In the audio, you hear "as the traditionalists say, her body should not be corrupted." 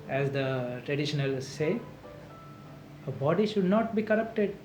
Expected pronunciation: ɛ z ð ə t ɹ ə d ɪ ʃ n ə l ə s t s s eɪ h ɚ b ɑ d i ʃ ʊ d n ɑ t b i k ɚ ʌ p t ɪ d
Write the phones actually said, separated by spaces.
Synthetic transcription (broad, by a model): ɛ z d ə t ɹ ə d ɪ ʃ ə n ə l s s eɪ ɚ b ɑ d i ʃ ʊ d n ɑ t b i k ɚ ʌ p t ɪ d